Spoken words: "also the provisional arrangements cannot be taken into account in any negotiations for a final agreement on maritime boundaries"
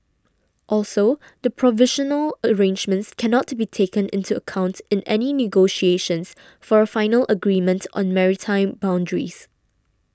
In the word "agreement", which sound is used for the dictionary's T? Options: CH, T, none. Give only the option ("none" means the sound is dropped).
T